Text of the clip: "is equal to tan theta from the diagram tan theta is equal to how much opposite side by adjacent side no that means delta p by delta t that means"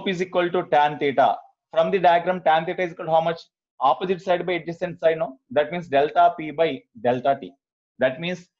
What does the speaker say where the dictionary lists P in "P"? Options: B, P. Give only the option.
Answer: P